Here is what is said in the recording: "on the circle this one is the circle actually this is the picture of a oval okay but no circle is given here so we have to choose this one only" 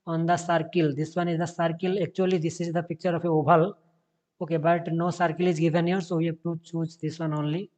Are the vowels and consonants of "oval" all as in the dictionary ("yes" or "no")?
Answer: no